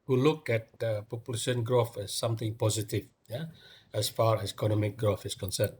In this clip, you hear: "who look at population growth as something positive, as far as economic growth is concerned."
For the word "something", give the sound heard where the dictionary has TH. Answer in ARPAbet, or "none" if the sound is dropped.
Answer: T